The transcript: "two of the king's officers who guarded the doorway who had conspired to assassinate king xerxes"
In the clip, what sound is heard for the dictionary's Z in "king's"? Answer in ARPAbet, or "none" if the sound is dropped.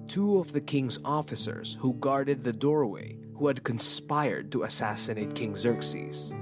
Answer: Z